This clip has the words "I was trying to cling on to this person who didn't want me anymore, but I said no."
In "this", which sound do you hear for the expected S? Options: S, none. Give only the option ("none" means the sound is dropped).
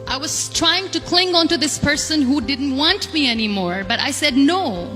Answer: S